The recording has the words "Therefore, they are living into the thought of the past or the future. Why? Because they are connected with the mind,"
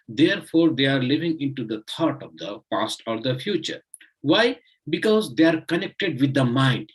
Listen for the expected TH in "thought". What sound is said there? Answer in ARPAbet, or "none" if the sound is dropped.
T